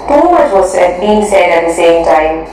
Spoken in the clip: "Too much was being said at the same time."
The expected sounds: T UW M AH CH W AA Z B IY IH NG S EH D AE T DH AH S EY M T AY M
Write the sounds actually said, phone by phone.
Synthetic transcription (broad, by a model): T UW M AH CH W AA S B IY IH NG S EH D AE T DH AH S EY M T AY M